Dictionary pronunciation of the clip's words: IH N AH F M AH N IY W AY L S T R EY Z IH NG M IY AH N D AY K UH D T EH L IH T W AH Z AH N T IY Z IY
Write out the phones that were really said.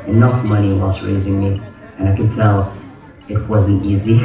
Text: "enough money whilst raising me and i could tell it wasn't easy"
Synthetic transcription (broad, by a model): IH N AH F M AH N IY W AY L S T R EY Z IH NG M IY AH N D AY K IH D T EH L IH T W AH Z AH N T IY Z IY